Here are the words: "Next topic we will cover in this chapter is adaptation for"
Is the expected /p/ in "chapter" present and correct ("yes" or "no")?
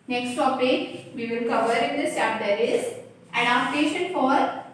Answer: no